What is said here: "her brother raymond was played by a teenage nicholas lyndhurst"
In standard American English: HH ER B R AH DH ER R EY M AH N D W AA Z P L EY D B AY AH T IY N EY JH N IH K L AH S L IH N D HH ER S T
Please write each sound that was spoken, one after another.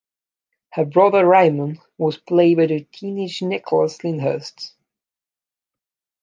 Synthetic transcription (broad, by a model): HH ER B R AH DH ER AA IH M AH N W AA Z P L EY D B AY AH T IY N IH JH N IH K L AH S L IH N HH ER S T